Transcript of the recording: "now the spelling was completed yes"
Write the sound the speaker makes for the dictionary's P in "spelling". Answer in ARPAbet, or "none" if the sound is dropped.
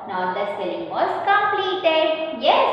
none